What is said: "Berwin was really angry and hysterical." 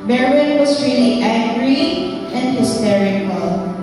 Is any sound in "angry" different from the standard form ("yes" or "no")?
yes